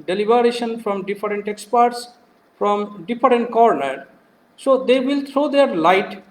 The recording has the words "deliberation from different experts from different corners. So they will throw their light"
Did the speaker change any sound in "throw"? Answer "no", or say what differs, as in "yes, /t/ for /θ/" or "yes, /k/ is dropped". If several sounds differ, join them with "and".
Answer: yes, /t/ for /θ/